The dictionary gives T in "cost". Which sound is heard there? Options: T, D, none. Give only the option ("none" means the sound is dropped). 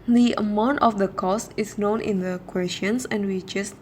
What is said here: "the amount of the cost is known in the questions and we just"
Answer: T